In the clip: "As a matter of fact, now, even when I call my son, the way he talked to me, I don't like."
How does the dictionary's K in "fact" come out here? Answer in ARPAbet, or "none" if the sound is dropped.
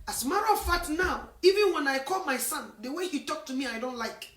none